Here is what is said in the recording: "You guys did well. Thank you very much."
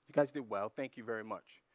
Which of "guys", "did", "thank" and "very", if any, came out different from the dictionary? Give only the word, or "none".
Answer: none